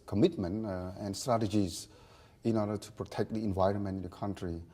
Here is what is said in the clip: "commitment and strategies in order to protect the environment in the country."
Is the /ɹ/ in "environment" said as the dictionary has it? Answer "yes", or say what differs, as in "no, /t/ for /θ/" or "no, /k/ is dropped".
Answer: yes